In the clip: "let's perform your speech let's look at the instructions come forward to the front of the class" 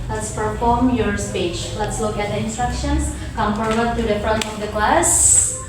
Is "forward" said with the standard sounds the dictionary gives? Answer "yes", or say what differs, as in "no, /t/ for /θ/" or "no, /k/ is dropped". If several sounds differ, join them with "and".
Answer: no, /p/ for /f/